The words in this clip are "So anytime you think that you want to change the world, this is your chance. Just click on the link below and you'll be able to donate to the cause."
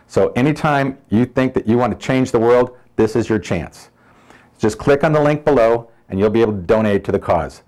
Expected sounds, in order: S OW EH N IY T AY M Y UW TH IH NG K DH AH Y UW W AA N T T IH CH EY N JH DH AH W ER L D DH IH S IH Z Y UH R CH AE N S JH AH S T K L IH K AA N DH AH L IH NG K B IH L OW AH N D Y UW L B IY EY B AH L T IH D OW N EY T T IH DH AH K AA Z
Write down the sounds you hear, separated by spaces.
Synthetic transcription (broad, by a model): S OW EH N IY T AY M Y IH TH IH NG K DH AH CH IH W AA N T T IH CH EY N JH DH AH W ER L D DH IH S IH Z Y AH R CH AE N S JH AH S K L IH K N DH AH L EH NG K B IH L OW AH N Y UW L B IY EY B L T IH D OW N EY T T IH DH AH K AA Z